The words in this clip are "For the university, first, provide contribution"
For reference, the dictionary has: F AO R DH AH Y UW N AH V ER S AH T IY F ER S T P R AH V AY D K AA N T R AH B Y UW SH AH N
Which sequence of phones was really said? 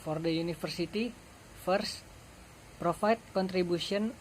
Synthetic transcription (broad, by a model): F AO R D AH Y UW N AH F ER S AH T IY F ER S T P R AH F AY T K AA N T R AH B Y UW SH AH N